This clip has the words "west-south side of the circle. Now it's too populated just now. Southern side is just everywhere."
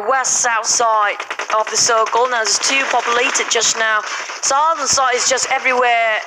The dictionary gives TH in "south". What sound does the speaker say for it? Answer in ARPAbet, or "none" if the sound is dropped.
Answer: TH